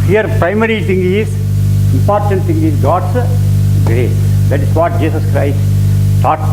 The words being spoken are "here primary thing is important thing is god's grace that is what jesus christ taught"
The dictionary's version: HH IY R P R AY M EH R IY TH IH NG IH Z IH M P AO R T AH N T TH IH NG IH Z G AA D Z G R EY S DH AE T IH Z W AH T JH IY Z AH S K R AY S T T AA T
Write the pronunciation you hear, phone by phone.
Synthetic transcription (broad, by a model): HH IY R P R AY M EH R IY T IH NG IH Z IH M P AO R T AH N T T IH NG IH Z G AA D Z G R EY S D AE T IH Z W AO T JH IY S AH S K R AY S T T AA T